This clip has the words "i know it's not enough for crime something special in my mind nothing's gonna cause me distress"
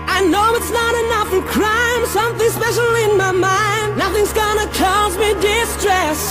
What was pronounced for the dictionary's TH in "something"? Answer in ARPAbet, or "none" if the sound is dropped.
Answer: TH